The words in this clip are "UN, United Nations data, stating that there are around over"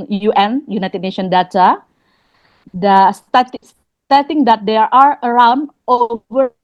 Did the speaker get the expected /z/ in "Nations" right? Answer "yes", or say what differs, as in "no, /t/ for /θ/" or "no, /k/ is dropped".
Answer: no, /z/ is dropped